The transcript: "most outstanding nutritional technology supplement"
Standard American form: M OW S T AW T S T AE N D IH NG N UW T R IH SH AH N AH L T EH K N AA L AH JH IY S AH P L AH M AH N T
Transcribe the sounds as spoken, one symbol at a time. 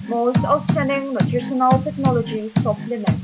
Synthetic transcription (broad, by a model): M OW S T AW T S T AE N D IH NG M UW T IH S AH N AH L T EH K N AA L AH JH IY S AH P L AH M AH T